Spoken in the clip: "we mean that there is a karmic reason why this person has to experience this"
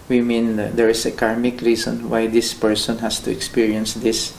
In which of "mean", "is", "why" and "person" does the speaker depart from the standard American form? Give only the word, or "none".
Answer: is